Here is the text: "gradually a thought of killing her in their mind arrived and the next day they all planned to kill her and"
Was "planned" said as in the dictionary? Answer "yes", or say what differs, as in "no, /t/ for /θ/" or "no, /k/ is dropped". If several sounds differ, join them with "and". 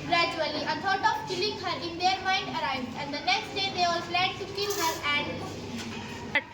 no, /n/ is dropped